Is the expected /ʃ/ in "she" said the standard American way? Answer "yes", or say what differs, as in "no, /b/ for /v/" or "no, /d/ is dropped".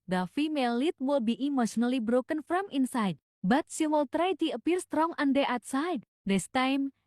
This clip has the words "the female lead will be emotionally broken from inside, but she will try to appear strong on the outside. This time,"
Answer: no, /s/ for /ʃ/